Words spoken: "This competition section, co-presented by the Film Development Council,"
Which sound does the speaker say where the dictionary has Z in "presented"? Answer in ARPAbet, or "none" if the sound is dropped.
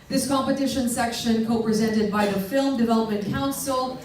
Z